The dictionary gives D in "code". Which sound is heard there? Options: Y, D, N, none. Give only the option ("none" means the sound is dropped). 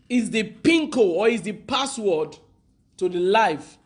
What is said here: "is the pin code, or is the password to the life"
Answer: none